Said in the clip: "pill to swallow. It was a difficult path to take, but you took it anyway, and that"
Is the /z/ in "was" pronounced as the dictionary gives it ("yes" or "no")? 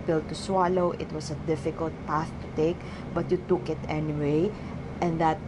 no